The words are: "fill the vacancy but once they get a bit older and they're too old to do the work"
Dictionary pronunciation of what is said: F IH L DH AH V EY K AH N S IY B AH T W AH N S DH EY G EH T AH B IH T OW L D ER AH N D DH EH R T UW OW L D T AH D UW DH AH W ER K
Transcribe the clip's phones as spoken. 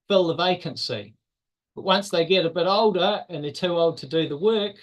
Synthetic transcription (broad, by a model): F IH L DH AH V EY K AH N S IY B AH T W AH N S DH EY G EH T AH B IH T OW L D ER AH N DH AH T UW OW L D T AH D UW DH AH W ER K